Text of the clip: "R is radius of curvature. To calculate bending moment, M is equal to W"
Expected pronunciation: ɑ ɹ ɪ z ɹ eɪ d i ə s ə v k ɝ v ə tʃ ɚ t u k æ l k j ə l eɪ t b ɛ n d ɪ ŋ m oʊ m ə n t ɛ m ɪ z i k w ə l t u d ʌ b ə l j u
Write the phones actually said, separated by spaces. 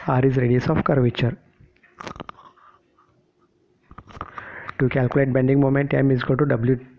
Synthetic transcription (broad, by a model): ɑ ɹ ɪ z ɹ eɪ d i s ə f k ɝ v ə tʃ ɚ t u k æ l k j ə l eɪ t b ɛ n d ɪ ŋ m oʊ m ə n t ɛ m ɪ z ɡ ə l t u d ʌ b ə l j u